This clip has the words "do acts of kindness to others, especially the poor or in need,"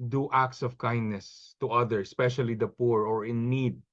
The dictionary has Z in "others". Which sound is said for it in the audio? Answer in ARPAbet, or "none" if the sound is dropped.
none